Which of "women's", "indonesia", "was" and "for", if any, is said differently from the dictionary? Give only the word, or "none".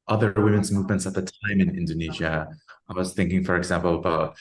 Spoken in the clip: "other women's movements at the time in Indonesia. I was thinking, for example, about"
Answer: none